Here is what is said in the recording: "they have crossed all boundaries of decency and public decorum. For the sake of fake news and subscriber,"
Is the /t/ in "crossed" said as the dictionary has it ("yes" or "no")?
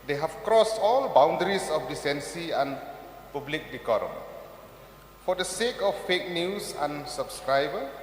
yes